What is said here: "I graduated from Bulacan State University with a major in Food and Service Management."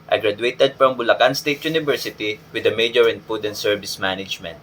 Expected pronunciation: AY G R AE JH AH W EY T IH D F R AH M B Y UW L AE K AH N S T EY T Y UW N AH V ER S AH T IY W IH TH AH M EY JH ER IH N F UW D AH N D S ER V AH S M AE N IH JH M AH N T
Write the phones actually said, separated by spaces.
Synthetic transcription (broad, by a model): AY G R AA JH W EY T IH D F R AH M B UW L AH K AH N S T EY T Y UW N AH V ER S AH T IY W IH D AH M EY JH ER IH N P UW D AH N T S ER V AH S M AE N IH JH M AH N T